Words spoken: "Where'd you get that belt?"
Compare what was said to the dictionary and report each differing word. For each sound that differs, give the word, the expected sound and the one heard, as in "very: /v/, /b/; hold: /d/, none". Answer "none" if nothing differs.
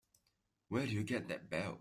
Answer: belt: /t/, none